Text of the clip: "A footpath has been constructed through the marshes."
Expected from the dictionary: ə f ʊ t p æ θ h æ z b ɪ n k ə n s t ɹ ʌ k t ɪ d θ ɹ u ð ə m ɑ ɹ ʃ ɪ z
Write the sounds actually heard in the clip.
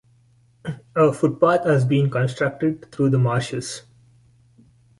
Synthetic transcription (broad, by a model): ə f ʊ t p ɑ t h æ z b ɪ n k ə n s t ɹ ʌ k t ɪ d t ɹ u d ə m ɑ ɹ ʃ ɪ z